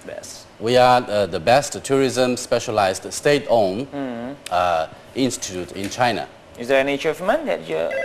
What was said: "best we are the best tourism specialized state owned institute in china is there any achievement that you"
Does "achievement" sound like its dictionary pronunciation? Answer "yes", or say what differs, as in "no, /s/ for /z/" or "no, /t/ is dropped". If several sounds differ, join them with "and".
no, /tʃ/ is dropped